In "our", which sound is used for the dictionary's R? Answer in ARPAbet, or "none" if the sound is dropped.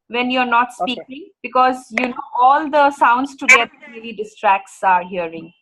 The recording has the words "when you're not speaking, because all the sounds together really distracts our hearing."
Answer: R